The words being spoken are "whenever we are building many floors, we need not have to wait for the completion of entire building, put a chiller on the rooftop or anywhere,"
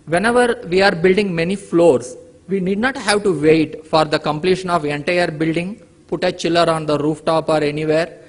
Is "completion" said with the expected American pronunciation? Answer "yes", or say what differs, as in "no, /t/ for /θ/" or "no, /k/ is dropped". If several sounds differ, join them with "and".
yes